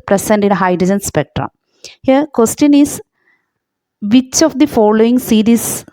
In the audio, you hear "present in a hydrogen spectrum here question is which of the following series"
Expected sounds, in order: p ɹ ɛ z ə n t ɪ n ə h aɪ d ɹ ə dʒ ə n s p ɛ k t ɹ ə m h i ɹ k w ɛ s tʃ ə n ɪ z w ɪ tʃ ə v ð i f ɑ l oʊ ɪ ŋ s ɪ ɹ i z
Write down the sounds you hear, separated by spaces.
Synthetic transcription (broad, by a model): p ɹ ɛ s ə n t ɪ n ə h aɪ d ɹ ə dʒ ə n s p ɛ k t ɹ ə m h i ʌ k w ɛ s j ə n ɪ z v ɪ tʃ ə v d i f ɑ l oʊ ɪ ŋ s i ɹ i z